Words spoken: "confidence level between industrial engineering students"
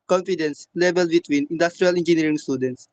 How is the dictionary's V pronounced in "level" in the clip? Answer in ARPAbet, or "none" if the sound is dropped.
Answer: B